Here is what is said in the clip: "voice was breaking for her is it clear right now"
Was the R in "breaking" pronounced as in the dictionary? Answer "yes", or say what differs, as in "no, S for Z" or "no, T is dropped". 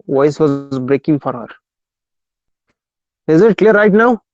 yes